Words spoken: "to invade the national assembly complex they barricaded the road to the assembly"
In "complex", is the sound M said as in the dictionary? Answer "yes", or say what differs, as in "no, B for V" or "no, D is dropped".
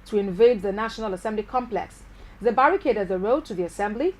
yes